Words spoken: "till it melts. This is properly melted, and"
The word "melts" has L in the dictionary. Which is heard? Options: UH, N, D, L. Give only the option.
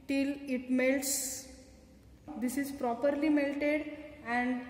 L